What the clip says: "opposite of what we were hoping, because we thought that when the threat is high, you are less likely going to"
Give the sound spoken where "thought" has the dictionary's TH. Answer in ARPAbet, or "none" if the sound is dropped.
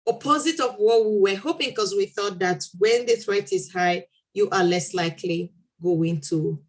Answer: TH